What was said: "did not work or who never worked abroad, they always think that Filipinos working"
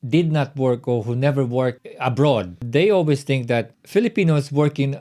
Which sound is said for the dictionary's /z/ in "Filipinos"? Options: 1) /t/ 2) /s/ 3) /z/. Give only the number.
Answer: 2